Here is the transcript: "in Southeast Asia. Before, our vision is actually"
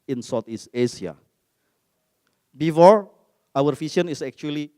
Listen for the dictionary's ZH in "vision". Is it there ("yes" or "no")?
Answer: no